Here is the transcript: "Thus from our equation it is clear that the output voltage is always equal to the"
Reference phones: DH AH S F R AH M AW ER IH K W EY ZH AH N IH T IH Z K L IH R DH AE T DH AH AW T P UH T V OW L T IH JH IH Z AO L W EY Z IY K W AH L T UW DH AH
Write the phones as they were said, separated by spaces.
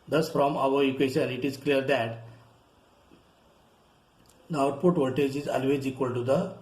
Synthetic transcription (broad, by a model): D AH S F R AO M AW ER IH K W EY SH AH N IH T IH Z K L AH R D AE T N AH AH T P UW T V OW T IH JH IH Z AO L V EY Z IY K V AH L T UW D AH